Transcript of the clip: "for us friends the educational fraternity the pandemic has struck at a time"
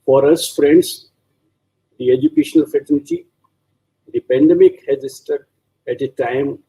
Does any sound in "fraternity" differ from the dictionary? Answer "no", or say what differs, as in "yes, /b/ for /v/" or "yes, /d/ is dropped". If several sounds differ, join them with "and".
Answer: yes, /ɹ/ is dropped